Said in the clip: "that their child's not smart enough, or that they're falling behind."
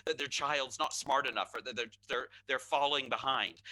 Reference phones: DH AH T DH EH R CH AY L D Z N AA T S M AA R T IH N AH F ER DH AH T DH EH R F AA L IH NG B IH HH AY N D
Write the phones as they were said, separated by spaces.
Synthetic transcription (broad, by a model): DH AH T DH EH R CH AY L D Z N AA T S M AA R T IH N AH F ER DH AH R DH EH R F AA L IH NG B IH HH AY N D